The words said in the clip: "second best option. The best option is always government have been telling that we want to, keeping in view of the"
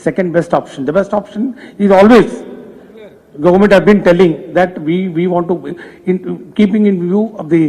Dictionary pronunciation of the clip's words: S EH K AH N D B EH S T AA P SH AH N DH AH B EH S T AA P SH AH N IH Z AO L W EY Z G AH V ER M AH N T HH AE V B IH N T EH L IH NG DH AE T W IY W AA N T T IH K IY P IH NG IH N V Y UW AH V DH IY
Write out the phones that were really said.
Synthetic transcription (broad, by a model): S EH K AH N D B EH S T AA P SH AH N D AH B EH S T AA P SH AH N IH Z AO L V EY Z G AH V ER M AH N T HH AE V B IH N T EH L IH NG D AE T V IY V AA N T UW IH K IY P IH NG IH N V Y UW AH V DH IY